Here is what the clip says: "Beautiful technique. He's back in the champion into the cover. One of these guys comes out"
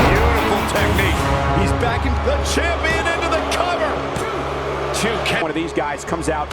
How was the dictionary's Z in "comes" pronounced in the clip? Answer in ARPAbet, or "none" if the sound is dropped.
Z